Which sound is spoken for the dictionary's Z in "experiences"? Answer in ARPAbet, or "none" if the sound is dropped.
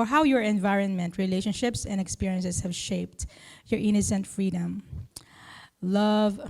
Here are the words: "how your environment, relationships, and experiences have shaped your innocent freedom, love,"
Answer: S